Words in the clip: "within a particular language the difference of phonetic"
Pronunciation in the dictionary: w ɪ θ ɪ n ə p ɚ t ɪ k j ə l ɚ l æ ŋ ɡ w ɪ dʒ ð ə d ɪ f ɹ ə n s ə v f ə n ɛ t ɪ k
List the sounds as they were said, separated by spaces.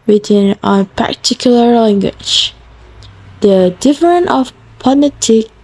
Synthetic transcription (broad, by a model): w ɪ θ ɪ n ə p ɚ t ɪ k j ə l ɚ l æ ŋ ɡ w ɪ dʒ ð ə d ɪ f ɹ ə n ə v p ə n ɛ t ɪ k